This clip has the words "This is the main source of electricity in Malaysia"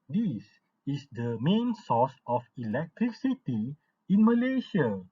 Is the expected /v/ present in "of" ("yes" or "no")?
no